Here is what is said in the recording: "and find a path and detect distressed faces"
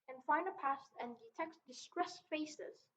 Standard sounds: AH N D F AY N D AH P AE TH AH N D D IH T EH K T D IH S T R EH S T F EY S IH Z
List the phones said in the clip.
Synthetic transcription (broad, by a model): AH N F AY N AH P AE T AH N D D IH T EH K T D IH S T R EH S F EY S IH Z